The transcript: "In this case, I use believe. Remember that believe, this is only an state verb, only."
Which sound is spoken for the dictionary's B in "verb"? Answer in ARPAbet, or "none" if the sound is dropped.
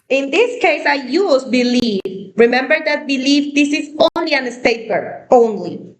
none